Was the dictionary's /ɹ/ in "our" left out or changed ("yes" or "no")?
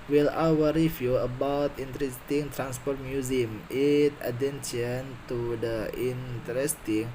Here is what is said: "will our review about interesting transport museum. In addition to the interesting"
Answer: yes